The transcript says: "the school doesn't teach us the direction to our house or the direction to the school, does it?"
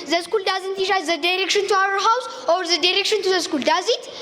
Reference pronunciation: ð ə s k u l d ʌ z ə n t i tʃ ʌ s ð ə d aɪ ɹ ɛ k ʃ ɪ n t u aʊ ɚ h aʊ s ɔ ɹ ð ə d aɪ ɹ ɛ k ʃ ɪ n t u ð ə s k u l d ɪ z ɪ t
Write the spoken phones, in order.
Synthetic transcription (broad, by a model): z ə s k u l d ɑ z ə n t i ʃ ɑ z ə d aɪ ɹ ɛ k ʃ ɪ n t u aʊ ɚ h aʊ s ɔ ɹ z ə d aɪ ɹ ɛ k ʃ ɪ n t u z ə s k u l d ɪ z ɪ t